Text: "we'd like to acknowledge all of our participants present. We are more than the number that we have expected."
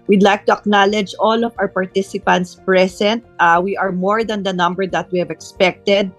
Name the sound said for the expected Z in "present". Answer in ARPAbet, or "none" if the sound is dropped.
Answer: S